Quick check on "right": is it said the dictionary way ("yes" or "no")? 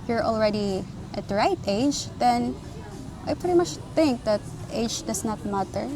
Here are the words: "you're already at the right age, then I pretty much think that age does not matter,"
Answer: yes